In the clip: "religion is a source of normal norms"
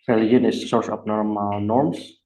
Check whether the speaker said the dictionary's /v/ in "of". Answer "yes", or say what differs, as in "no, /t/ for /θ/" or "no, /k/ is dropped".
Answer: no, /p/ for /v/